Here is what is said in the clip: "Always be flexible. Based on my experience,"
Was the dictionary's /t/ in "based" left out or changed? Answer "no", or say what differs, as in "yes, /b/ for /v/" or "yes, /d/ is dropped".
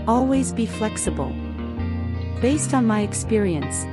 no